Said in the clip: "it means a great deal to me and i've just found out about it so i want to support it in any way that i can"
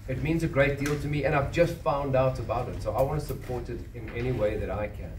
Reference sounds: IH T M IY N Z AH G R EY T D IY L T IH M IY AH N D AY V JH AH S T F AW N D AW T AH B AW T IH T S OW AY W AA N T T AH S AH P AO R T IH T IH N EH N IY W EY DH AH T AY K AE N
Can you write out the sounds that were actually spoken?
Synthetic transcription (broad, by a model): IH T M IY N Z AH G R EY T D IY L T IH M IY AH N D AY V JH AH S T F AW N D AW T AH B AW T IH T S OW AY W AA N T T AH S AH P AO R T IH T IH N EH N IY W EY DH AH T AY K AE N